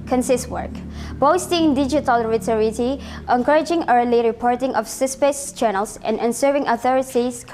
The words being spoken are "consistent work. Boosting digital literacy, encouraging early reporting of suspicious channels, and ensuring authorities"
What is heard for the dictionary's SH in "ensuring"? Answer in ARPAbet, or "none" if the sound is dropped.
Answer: S